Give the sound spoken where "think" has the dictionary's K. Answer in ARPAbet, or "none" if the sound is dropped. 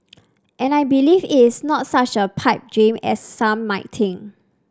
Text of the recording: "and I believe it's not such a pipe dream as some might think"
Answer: none